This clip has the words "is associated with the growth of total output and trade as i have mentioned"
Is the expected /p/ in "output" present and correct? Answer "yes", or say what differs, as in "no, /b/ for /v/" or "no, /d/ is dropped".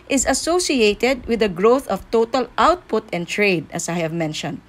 yes